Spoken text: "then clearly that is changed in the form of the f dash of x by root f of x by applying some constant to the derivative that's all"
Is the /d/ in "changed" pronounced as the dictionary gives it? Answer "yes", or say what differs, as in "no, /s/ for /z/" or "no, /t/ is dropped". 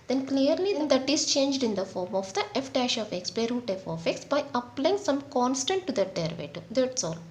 yes